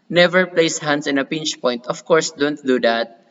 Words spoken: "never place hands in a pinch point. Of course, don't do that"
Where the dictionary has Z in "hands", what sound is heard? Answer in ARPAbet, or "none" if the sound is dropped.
S